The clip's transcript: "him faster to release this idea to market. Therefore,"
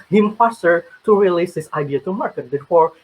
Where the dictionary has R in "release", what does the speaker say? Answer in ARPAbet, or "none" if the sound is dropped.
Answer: R